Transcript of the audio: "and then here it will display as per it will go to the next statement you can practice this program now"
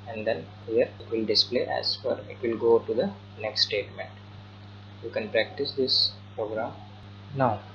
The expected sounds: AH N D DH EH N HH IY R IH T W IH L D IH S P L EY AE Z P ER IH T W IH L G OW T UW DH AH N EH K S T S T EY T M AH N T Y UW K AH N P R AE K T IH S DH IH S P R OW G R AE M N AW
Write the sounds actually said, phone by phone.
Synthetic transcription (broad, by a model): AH N D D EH N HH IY R IH T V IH L D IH S P L EY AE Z F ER IH T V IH L G OW T UW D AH N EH K S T S T EY T M AH N T Y UW K AH N P R AE K T IH S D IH S P R OW G R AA M N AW